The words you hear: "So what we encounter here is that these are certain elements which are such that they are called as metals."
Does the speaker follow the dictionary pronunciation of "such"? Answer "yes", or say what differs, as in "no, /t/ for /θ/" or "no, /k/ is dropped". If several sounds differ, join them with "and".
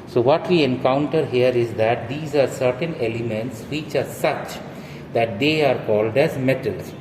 yes